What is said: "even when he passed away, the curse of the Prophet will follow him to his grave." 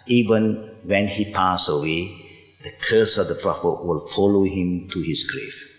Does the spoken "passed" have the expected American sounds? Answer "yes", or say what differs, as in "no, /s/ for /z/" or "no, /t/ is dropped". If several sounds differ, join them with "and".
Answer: no, /t/ is dropped